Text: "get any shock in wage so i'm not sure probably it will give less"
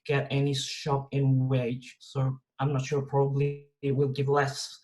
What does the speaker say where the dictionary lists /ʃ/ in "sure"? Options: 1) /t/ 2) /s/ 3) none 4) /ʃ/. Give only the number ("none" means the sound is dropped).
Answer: 4